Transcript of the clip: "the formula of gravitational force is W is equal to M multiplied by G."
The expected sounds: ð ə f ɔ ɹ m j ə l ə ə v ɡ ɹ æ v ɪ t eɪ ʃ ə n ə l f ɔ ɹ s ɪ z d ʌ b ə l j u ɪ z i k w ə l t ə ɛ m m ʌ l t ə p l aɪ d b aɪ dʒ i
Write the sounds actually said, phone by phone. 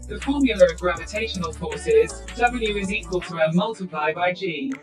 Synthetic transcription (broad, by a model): ð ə f ɔ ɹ m j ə l ə ə v ɡ ɹ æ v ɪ t eɪ ʃ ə n ə l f ɔ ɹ s ɪ z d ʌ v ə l j u ɪ z i k w ə l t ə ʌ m m ʌ l t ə p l aɪ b aɪ dʒ i